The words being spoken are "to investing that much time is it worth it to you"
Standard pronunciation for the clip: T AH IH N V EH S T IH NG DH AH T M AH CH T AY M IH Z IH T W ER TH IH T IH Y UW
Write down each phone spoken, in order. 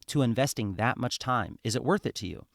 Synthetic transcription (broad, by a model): T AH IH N V EH S T IH NG DH AH T M AH CH T AY M IH Z IH T W ER TH IH T IH Y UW